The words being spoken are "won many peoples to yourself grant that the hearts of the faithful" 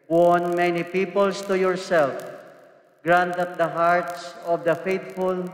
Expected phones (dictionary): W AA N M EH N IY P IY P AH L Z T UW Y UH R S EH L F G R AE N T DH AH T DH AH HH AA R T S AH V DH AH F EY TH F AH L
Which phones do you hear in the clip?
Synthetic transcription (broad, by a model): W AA N M EH N IY P IY P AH L S T UW Y UH R S EH L F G R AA N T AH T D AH HH AA R T S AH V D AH F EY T F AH L